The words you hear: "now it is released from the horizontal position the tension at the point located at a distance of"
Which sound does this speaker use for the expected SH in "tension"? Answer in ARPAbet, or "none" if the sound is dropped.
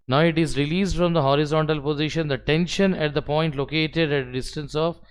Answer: SH